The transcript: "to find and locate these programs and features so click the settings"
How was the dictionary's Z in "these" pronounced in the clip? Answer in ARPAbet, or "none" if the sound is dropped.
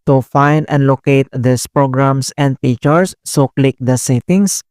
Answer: S